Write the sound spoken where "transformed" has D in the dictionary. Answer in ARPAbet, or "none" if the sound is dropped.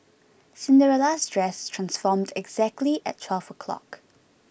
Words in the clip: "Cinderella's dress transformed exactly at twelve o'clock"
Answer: D